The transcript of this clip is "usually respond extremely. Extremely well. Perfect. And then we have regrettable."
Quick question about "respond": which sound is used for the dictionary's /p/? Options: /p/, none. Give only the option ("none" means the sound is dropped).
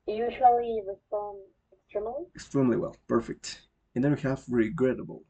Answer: none